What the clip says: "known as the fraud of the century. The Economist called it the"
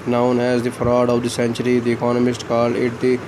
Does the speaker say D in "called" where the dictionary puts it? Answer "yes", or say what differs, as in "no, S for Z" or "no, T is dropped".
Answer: no, D is dropped